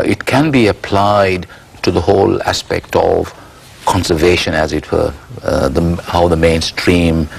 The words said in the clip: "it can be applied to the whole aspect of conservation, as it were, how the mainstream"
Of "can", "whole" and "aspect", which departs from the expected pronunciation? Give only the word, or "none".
none